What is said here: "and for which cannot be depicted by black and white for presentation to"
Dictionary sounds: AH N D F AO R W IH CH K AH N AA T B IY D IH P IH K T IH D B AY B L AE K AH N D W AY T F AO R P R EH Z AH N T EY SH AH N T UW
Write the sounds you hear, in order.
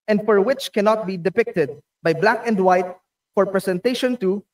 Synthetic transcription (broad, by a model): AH N D F AO R W IH CH K AH N AA T B IY D IH P IH K T IH D B AY B L AE K AH N D W AY T F AO R P R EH S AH N T EY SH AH N T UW